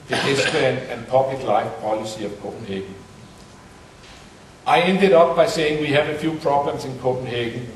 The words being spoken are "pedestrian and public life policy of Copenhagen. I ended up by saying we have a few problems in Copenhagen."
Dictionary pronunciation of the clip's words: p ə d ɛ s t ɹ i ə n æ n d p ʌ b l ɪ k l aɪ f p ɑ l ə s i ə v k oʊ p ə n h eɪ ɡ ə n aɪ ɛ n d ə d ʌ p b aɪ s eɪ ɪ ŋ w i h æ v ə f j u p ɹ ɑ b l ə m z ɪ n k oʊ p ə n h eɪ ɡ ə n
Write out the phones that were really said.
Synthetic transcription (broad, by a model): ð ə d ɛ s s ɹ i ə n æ n p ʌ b l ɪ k l aɪ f p ɑ l ə s i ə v k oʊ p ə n h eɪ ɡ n aɪ ɛ n d ə d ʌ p b aɪ s eɪ ɪ ŋ w i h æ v ə f j u p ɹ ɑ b l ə m s ɪ n k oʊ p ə n h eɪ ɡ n